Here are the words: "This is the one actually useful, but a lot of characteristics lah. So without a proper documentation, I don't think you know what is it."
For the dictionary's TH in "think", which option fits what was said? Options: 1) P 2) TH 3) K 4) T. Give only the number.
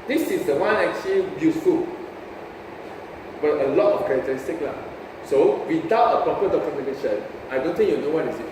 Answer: 4